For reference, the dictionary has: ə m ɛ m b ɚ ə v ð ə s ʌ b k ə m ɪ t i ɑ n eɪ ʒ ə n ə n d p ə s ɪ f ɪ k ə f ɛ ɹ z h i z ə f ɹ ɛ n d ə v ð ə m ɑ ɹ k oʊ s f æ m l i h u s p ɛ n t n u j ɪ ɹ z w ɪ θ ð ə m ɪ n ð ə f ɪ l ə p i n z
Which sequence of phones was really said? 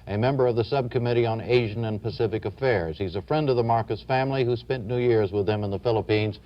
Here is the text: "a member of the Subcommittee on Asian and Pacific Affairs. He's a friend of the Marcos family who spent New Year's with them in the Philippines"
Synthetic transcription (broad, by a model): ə m ɛ m b ɚ ə v ð ə s ʌ b k ə m ɪ t i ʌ n eɪ ʒ ə n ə n p ə s ɪ f ɪ k ə f ɛ ɹ z h i z ə f ɹ ɛ n d ə v ð ə m ɑ ɹ k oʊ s f æ m l i h u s p ɛ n n u j ɪ ɹ z w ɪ ð ə m ɪ n ð ə f ɪ l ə p i n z